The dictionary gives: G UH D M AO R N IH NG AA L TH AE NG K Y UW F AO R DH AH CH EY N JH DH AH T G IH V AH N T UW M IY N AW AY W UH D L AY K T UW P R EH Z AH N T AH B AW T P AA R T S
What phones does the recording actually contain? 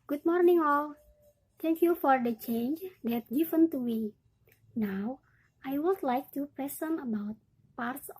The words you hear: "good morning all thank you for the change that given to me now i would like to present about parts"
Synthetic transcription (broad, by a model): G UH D M AO R N IH NG AA L T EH NG K Y UW F AO R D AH CH EY N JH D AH T G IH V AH N T UW M IY N AW AY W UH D L AY K T UW P R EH S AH N AH B AW T P AA R T S